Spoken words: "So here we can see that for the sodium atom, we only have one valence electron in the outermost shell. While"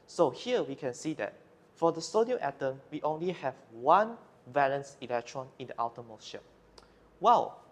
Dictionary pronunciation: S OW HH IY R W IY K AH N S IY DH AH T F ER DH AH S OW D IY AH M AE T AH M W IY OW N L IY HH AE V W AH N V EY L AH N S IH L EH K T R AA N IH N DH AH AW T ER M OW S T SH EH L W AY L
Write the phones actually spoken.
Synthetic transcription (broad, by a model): S OW HH IY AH W IY K AH N S IY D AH T F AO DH AH S OW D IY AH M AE T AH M W IY OW N L IY HH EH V W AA N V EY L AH N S IH L EH K T R AA N IH N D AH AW T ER M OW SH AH N W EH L